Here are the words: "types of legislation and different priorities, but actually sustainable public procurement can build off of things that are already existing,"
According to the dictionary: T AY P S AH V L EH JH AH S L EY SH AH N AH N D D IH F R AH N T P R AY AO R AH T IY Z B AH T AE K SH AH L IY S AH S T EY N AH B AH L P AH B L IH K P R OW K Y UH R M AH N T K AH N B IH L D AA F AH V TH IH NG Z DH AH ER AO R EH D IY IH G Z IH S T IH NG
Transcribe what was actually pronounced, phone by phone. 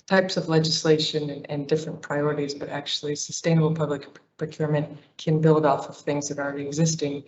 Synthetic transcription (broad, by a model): T AY P S AH V L EH JH AH S L EY SH AH N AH N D D IH F R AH N P R AY AO R AH T IY Z B AH T AE K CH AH L IY S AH S T EY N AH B L P AH B L IH K P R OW K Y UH R M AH N K AH N B IH L D AA F AH V TH IH NG Z DH AH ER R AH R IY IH G Z IH S T IH NG